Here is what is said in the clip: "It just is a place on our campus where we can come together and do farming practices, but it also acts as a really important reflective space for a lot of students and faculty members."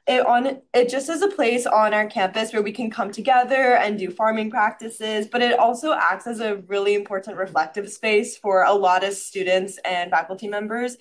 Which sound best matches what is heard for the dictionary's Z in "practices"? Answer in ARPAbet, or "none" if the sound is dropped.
Z